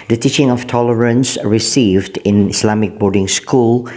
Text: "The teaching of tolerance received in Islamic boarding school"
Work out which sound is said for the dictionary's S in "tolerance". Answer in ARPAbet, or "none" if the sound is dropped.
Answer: S